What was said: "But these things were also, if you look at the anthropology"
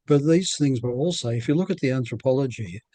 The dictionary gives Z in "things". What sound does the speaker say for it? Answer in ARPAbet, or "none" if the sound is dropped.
Z